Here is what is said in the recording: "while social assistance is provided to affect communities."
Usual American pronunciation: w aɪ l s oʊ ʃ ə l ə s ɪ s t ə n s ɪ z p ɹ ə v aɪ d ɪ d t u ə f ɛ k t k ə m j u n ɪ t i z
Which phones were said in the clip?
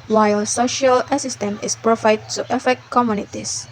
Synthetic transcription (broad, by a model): w aɪ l s oʊ ʃ ə l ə s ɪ s t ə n ɪ s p ɹ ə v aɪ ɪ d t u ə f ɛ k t k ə m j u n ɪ t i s